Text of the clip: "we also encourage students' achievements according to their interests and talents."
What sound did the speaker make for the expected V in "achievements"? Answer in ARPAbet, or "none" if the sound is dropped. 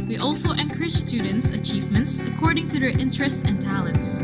V